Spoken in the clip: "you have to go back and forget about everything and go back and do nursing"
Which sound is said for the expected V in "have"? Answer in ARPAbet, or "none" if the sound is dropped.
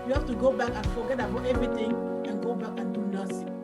F